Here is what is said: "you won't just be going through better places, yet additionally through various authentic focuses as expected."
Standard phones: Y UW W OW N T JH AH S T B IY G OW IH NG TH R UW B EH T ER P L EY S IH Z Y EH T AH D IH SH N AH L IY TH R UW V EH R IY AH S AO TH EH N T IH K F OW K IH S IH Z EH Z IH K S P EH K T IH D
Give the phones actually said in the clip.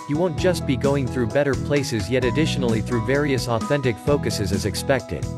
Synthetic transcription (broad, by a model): Y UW W OW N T JH AH S T B IY G OW IH NG TH R UW B EH T ER P L EY S IH Z Y EH T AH D IH SH N L IY TH R UW V EH R IY AH S AO TH EH N T IH K F OW K IH S IH Z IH Z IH K S P EH K T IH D